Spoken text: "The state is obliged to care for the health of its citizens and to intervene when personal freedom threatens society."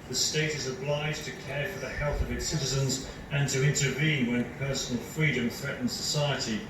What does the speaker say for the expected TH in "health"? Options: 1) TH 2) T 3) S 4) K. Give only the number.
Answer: 1